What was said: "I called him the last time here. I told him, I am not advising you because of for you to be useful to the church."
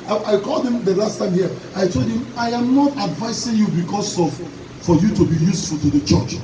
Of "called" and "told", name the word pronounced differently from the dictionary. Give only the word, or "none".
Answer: none